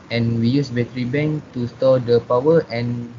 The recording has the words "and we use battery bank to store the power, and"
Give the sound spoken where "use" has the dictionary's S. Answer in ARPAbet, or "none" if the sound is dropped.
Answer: S